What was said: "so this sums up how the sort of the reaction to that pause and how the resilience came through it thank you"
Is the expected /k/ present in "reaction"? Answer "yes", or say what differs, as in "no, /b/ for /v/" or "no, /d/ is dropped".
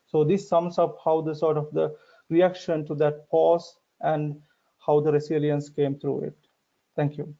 yes